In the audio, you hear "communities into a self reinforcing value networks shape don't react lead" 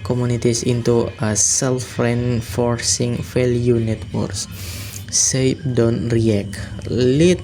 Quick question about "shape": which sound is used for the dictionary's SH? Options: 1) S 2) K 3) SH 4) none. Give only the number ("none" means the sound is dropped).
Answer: 1